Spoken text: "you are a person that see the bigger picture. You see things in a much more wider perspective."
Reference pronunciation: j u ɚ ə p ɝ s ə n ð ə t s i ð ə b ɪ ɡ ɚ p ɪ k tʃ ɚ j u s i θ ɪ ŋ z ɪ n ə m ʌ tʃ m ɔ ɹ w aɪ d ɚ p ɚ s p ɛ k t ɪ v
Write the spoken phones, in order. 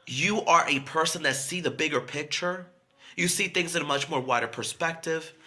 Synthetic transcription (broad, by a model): j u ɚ ə p ɝ s ə n ð ə t s i ð ə b ɪ ɡ ɚ p ɪ k tʃ ɚ j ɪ s i θ ɪ ŋ z ɪ n ə m ʌ tʃ m ɔ ɹ w aɪ d ɚ p ɚ s p ɛ k t ɪ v